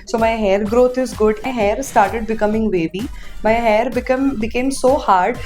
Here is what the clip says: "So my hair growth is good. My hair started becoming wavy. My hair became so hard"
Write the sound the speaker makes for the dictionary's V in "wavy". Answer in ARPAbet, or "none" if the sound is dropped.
B